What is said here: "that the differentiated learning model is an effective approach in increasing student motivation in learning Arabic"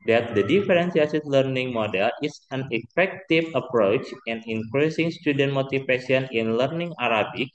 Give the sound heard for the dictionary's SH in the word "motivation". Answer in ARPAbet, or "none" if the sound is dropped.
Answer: S